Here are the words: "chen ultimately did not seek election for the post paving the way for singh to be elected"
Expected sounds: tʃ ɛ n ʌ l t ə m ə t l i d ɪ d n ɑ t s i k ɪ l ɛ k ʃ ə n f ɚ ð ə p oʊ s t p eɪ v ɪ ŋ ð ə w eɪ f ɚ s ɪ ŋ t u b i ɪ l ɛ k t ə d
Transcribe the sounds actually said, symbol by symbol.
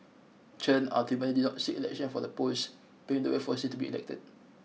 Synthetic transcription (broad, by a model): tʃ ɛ n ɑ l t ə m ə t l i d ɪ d n ɑ t s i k ɪ l ɛ k ʃ ə n f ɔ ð ə p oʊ s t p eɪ ɪ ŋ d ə w eɪ f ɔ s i t u b i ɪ l ɛ k t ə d